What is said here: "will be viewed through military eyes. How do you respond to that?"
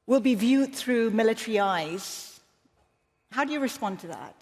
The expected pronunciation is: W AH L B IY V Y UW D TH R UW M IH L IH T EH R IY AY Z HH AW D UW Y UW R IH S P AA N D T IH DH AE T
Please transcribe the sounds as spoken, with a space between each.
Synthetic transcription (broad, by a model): W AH L B IY V Y UW D TH R UW M IH L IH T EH R IY AY Z HH AW D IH Y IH R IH S P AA N T IH DH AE T